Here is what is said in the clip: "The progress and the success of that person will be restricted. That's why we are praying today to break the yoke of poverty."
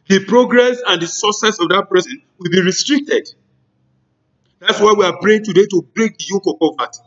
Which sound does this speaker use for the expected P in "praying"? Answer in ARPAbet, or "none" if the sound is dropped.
B